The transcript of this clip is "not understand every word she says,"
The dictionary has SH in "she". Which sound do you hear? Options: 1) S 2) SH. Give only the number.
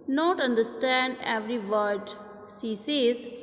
1